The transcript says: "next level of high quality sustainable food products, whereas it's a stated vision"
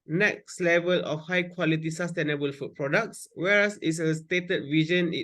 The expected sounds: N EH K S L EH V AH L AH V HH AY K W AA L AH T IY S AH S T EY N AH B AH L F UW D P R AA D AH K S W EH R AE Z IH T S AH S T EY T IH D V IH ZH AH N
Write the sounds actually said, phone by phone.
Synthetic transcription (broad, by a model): N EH K S L EH V AH L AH F HH AY K W AA L AH T IY S AH S T EY N AH B AH L F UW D P R AA D AH K S W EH R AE S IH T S AH S T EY T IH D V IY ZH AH N